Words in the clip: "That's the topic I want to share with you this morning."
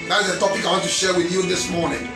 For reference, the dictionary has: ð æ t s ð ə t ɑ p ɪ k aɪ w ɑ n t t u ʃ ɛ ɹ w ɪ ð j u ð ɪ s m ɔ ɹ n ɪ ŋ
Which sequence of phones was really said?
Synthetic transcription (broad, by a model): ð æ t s ð ə t ɑ p ɪ k aɪ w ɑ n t t u ʃ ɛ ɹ w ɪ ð j u ð ɪ s m ɔ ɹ n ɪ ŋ